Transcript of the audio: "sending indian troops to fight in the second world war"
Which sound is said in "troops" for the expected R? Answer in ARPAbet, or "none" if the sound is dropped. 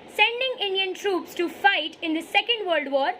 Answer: R